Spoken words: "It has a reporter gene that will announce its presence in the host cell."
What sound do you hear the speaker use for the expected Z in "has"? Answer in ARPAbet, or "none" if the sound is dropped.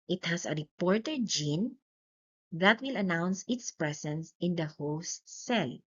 S